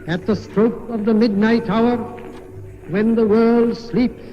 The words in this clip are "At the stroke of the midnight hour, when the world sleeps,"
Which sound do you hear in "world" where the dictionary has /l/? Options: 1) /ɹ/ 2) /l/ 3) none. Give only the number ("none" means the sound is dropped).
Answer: 2